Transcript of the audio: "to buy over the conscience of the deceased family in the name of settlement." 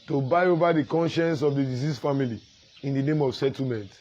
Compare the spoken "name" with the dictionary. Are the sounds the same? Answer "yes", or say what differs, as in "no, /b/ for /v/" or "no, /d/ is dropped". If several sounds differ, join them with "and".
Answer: yes